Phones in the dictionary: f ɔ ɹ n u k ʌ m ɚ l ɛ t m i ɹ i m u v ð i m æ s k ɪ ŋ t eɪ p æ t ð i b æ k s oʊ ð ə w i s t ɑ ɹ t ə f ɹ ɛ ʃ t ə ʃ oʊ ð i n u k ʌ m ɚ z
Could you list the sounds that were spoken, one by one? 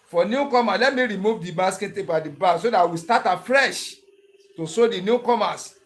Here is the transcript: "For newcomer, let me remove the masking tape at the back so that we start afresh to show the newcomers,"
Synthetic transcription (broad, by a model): f ɔ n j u k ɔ m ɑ l ɛ t m i ɹ i m u v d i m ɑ s k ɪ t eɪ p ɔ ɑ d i b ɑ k s oʊ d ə w i s t ɑ t ə f ɹ ɛ ʃ t ə s oʊ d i n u k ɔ m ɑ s